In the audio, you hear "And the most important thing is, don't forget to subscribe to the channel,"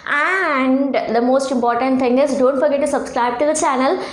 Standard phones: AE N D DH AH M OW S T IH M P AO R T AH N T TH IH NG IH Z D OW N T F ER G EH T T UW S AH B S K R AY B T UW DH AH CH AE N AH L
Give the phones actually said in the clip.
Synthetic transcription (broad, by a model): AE N D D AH M OW S T IH M P AO R T AH N T T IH NG IH Z D OW N T F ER G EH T T UW S AH B S K R AY B T UW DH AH CH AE N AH L